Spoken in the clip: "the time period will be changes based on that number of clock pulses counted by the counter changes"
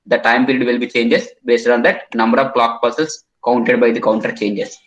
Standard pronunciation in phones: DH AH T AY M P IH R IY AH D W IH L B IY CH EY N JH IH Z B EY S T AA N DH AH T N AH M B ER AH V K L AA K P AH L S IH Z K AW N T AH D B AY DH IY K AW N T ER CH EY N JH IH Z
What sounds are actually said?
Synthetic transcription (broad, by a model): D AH T AY M P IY R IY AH D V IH L B IY CH EY N JH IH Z B EY S T AA N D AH T N AH M B ER AH V K L AA K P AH S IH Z K AW N T AH D B AY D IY K AW N T ER CH EY N JH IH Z